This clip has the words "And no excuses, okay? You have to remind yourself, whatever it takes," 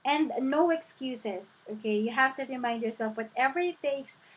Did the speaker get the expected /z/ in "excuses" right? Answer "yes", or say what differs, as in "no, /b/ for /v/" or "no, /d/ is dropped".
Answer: no, /s/ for /z/